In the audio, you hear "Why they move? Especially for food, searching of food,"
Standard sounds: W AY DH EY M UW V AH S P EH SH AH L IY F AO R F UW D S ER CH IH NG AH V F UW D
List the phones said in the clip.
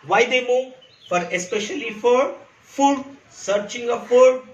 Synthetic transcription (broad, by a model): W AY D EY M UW F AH S P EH SH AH L IY F AO R F UW D S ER CH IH NG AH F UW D